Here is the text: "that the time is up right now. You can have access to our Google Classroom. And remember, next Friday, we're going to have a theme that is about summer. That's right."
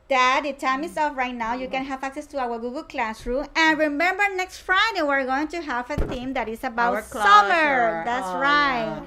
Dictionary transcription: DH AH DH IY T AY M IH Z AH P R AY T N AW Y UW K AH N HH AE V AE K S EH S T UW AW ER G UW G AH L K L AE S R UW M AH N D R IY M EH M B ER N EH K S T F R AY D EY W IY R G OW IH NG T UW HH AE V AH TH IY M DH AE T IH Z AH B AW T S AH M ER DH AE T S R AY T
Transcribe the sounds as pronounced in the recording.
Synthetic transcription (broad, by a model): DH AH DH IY T AY M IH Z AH F R AY T N AW Y UW K AH N HH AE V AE K S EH S T UW AW ER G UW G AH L K L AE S R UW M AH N R IY M EH M B ER N EH K S T F R AY D EY W IY R G OW IH NG T UW HH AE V AH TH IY M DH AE T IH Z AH B AW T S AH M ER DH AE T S R AY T